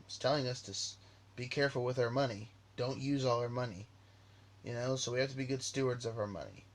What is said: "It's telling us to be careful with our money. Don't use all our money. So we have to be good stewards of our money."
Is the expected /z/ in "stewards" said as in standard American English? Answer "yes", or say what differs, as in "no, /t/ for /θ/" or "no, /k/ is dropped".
yes